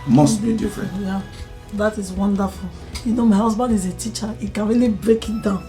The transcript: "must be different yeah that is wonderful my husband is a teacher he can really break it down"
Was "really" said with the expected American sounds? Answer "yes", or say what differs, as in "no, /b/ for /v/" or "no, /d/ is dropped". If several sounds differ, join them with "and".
yes